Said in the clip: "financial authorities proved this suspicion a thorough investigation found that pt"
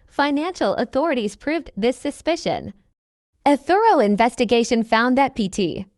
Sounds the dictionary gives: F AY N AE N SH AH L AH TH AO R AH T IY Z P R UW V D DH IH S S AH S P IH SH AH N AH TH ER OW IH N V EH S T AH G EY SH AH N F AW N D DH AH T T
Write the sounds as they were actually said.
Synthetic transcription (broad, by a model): F AY N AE N SH L AH TH AO R AH T IY Z P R UW V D DH IH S S AH S P IH SH AH N AH TH ER OW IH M V EH S T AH G EY SH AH N F AW N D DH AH T T